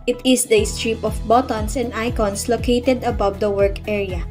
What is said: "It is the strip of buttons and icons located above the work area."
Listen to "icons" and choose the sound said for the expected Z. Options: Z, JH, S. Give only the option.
S